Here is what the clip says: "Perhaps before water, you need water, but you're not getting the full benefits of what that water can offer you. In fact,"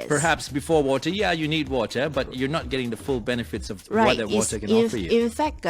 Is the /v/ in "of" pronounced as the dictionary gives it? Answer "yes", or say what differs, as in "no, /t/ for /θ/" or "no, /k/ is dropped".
yes